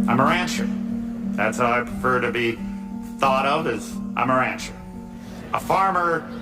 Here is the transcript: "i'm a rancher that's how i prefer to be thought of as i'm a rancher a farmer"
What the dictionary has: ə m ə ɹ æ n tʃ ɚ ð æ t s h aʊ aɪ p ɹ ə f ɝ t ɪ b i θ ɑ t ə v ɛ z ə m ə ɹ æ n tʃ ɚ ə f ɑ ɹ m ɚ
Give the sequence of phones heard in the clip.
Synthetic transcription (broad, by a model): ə m ə ɹ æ n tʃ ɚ ð æ t s h aʊ aɪ p ɹ ə f ɝ t ɪ b i θ ɑ t ə v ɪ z ə m ə ɹ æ n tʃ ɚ ə f ɑ ɹ m ɚ